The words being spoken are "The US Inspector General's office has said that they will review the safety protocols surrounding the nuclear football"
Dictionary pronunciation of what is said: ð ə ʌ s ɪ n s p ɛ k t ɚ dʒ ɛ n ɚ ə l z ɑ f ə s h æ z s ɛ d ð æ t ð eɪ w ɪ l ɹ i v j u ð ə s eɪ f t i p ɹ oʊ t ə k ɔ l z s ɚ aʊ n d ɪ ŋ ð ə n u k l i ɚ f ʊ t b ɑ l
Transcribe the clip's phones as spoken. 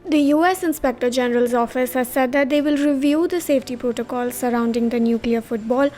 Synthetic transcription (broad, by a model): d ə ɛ s ɪ n s p ɛ k t ɚ dʒ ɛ n ɚ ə l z ɑ f ə s h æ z s ɛ d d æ t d eɪ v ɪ l ɹ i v j u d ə s eɪ f t i p ɹ oʊ t ə k ɔ l z s ɚ aʊ n d ɪ ŋ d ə n u k l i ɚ f ʊ t b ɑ l